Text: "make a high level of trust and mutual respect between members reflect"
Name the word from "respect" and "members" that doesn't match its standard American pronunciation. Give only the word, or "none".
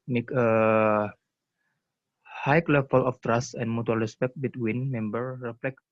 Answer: members